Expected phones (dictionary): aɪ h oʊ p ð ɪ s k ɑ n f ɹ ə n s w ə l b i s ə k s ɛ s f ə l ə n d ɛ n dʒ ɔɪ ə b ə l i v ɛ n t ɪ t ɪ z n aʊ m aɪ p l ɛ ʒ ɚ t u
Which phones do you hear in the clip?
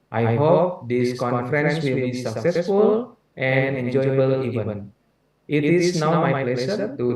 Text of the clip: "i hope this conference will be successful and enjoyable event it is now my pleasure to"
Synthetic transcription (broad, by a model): aɪ h oʊ p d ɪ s k ɑ n f ɹ ə n s w ə l b i s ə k s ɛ s f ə l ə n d ɛ n dʒ ɔɪ ə b ə l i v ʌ n t ɪ t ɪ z n aʊ m aɪ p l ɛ s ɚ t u